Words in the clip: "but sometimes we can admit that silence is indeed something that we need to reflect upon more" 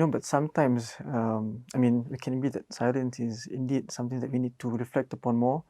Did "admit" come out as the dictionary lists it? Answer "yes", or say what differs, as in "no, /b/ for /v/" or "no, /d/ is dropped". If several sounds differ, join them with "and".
no, /m/ is dropped